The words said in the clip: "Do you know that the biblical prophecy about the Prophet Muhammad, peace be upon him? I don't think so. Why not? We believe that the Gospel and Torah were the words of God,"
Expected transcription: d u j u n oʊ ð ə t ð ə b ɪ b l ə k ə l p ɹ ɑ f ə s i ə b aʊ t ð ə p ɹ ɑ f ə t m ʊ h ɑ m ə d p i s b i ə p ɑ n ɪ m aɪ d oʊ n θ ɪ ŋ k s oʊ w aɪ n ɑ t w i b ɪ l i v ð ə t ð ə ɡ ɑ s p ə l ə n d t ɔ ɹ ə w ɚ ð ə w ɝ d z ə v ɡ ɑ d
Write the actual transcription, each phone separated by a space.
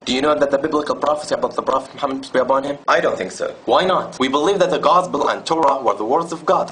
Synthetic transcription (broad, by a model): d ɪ j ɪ n oʊ ð ə t ð ə b ɪ b l ə k ə l p ɹ ɑ f ə s i ə b aʊ t ð ə p ɹ ɑ f ə t m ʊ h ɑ m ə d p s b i ə p ɑ n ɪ m aɪ d oʊ n θ ɪ ŋ k s oʊ w aɪ n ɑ t w i b ɪ l i v ð ə t ð ə ɡ ɑ s p ə l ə n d t ɔ ɹ ə w ɚ ð ə w ɝ d z ə v ɡ ɑ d